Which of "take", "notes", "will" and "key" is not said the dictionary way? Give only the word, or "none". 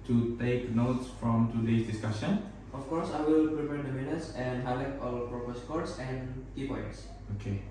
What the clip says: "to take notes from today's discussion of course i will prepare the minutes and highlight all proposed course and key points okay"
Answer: none